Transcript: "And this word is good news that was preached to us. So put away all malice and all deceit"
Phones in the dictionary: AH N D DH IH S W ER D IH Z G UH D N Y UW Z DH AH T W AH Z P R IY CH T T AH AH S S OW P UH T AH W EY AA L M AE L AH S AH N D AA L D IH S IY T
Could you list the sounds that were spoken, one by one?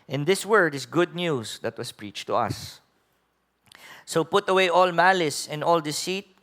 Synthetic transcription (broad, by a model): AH N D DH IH S W ER D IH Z G UH D N Y UW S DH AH T W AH S P R IY CH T T AH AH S S OW P UH T AH W EY AA L M AE L AH S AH N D AA L D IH S IY T